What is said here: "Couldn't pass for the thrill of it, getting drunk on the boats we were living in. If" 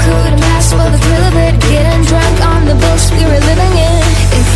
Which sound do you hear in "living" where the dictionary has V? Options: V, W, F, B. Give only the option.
V